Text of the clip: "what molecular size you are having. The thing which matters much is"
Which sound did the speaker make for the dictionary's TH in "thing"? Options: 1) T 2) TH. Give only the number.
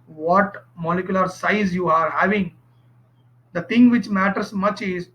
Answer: 1